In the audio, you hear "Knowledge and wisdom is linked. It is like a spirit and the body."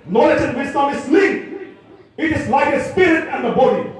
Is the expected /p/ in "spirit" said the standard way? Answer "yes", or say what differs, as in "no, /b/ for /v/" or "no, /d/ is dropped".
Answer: yes